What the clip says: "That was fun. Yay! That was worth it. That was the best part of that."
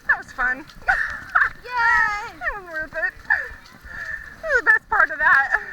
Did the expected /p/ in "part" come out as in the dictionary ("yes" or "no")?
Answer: yes